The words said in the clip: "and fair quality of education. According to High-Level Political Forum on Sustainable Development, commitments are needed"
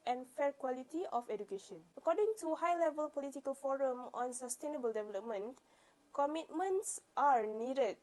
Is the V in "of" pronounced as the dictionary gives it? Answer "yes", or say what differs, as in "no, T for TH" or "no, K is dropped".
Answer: no, F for V